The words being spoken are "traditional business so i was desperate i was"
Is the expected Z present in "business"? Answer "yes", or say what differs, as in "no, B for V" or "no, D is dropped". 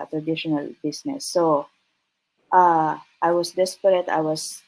no, S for Z